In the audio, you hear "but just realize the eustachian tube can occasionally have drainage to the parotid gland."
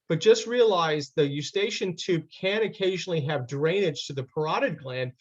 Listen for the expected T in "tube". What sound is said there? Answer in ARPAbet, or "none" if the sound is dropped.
T